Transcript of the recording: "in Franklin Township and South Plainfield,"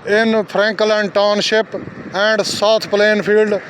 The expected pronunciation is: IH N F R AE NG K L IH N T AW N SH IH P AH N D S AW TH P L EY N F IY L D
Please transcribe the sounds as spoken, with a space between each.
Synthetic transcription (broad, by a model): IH N P R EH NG K L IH N T AW N SH IH P AH N D S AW T P L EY N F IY L D